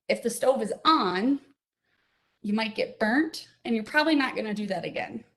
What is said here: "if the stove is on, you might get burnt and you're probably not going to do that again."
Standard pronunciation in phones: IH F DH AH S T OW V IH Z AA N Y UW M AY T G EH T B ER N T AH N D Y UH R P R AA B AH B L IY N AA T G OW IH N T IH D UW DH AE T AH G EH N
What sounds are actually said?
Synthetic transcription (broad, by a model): IH F DH AH S T OW V IH Z N Y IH M AY T G EH T B ER N T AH N Y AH R P R AA B AH B L IY N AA T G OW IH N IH D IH DH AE T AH G EH N